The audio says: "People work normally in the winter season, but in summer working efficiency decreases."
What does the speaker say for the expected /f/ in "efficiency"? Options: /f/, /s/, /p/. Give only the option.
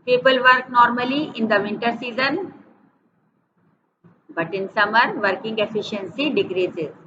/f/